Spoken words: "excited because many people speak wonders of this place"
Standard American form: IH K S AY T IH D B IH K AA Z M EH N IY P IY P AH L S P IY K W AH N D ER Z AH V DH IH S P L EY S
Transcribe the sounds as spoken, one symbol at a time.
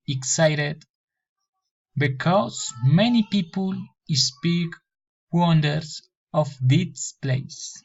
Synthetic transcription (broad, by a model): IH K S AY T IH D B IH K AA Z M EH N IY P IY P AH L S P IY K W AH N D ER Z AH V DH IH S P L EY S